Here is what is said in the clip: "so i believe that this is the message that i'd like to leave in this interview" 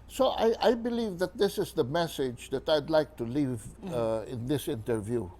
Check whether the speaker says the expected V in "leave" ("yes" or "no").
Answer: yes